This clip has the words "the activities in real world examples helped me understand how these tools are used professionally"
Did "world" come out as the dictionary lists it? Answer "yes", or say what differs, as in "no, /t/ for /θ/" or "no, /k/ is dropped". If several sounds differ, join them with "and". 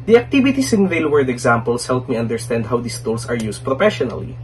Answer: no, /l/ is dropped